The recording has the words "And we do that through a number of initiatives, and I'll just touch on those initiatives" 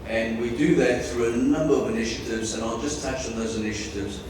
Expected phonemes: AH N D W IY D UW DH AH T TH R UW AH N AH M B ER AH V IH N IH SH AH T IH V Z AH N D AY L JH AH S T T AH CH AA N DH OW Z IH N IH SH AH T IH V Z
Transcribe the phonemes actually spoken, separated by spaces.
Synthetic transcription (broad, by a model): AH N W IY D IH DH AH T TH R UW AH N AH M B ER AH V IH N IH SH AH T IH V Z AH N AY L JH AH S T T AH CH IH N DH OW Z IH N IH SH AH T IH V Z